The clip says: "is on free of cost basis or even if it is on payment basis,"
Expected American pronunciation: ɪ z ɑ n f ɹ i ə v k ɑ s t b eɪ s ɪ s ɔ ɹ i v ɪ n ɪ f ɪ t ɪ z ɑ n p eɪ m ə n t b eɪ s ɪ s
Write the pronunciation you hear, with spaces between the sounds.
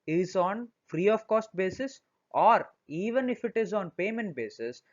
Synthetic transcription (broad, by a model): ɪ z ɑ n f ɹ i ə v k ɑ s t b eɪ s ɪ s ɔ ɹ i v ɪ n ɪ f ɪ t ɪ z ɑ n p eɪ m ə n t b eɪ s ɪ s